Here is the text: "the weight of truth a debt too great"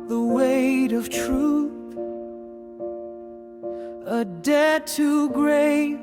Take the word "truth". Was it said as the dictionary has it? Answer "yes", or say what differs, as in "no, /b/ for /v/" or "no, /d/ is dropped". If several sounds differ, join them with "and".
yes